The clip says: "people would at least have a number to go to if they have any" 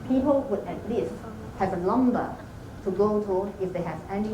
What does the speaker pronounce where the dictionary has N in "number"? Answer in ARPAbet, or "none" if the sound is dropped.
L